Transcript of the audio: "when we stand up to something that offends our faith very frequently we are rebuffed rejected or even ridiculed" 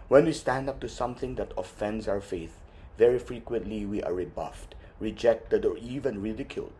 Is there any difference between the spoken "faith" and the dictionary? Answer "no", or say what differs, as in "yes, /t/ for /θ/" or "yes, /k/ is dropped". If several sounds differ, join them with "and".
no